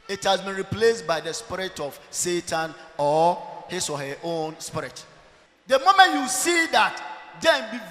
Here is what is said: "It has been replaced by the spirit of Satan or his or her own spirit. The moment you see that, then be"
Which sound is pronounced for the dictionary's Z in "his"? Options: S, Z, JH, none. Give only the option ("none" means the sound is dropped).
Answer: S